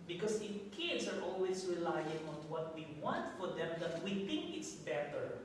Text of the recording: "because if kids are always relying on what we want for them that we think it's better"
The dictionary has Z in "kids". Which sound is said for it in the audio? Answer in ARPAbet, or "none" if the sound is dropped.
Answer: S